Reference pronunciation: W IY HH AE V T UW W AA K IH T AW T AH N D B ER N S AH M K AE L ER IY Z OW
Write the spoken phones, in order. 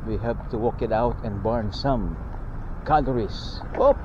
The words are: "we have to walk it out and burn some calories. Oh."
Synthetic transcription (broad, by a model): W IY HH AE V T UW W AA K IH T AW T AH N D B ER N S AH M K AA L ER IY S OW